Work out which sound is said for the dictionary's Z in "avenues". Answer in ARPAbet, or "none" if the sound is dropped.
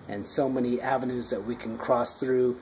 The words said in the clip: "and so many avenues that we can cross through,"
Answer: Z